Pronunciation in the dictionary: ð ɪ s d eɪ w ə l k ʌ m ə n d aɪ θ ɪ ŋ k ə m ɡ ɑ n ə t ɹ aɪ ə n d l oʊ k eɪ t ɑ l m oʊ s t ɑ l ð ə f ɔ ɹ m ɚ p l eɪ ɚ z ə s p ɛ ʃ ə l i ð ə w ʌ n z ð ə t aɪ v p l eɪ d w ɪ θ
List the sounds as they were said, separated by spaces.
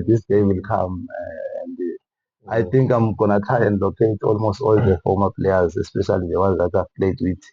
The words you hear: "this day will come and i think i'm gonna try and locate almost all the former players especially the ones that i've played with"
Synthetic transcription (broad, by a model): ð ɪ s d eɪ w ə l k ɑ m ə n d aɪ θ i ŋ k ə m ɡ ɑ n ə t aɪ ə n d l oʊ k eɪ t ɑ l m oʊ s t ɑ l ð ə f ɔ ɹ m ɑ p l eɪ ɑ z ə s p ɛ ʃ ə l i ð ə w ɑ z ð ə t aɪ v p l eɪ d w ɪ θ